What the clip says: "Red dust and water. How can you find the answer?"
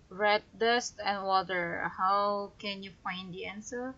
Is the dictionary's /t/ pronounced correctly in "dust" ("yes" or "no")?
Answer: yes